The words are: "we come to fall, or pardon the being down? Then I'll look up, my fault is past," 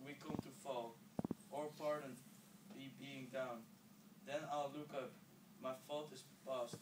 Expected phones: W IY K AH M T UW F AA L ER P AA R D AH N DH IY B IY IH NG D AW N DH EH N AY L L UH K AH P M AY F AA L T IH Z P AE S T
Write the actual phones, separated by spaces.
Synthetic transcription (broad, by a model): W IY K AH M T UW F AA L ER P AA R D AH N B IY B IY IH NG D AW N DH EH N AY L L UH K AH P M AY F AA L T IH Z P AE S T